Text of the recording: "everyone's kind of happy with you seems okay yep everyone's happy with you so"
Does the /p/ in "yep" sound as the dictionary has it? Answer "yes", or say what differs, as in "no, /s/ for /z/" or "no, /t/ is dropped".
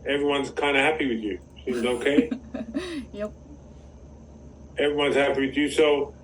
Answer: no, /p/ is dropped